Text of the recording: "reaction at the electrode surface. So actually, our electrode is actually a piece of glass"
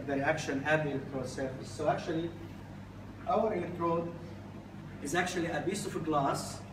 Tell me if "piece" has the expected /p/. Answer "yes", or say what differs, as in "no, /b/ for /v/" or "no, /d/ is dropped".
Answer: no, /b/ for /p/